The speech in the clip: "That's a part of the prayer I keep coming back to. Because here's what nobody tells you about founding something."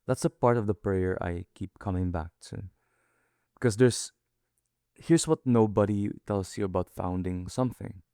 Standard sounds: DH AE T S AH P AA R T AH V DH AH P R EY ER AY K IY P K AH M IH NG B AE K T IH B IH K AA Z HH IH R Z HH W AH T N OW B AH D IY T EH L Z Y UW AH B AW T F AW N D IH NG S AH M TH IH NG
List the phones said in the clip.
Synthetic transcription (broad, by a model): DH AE T S AH P AA R T AH V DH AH P R EY ER AY K IY P K AH M IH NG B AE K T IH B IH K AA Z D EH R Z HH W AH T N OW B AH D IY T EH L S Y UW AH B AW T F AW N D IH NG S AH M TH IH NG